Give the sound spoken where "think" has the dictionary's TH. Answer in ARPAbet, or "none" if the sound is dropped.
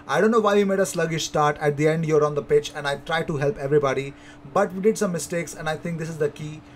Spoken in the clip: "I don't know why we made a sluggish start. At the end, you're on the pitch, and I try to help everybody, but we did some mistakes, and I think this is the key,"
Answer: T